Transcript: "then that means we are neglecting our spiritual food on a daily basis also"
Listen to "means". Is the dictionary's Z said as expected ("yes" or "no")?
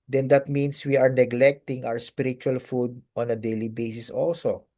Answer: no